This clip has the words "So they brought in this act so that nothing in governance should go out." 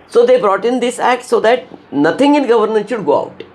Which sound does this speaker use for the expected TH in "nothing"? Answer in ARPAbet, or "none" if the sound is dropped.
T